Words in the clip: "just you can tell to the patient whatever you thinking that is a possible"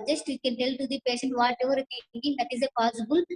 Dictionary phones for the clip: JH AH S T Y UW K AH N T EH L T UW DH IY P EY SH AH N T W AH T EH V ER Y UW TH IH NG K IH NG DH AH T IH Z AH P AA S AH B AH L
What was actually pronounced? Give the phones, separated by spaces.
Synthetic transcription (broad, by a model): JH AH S T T K AH N T EH L T UW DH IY P EY SH AH N T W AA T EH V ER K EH T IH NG IH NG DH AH T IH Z AH P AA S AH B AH L